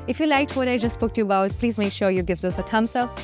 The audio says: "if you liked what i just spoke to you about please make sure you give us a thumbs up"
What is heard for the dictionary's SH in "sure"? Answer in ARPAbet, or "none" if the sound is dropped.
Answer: SH